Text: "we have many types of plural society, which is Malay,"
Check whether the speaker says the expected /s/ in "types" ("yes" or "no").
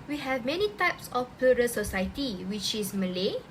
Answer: yes